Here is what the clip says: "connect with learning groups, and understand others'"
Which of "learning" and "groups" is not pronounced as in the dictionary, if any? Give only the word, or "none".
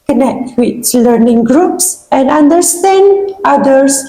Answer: none